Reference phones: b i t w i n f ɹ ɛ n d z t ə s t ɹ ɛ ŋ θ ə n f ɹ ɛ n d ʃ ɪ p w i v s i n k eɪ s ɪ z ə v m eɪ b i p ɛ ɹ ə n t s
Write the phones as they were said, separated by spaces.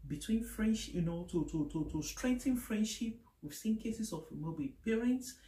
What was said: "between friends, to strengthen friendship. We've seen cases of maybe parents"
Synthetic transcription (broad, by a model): b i t w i n f ɹ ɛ n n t t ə s t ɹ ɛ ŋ t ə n f ɹ ɛ n d ʃ ɪ p w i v s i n k eɪ s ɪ s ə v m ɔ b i p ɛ ɹ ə n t s